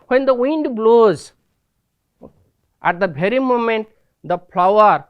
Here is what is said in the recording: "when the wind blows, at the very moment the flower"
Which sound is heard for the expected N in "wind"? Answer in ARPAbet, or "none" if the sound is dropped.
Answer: N